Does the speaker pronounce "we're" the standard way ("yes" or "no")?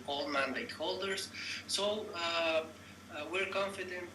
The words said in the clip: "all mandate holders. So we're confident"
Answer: yes